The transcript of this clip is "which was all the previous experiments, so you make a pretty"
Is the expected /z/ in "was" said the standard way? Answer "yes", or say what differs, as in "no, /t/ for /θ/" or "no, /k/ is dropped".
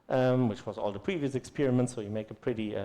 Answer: yes